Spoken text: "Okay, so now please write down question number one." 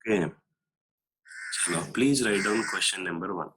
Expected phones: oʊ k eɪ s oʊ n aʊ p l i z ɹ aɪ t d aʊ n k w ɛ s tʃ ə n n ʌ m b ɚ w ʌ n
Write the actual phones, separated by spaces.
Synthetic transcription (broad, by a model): k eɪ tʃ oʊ l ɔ p l i z ɹ aɪ t d aʊ n k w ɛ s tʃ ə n n ʌ m b ɚ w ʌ n